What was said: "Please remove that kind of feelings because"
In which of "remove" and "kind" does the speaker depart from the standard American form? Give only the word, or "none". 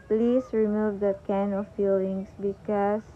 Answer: kind